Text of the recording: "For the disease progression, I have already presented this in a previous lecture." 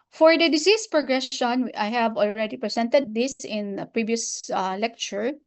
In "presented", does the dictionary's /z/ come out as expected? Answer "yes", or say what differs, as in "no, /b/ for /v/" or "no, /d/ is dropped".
no, /s/ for /z/